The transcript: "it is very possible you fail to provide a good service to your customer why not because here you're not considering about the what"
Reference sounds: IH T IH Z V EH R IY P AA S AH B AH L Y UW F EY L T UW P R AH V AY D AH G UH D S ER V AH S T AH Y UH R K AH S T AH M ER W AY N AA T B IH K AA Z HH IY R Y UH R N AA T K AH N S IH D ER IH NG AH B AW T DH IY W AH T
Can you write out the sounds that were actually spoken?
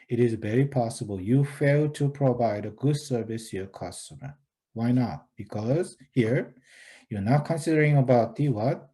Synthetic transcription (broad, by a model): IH T IH Z V EH R IY P AA S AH B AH L Y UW F EY L T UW P R AH V AY D AH G UH D S ER V AH S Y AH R K AH S T AH M ER W AY N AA T B IH K AA Z HH IY R Y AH R N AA T K AH N S IH D ER IH NG AH B AW T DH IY W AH T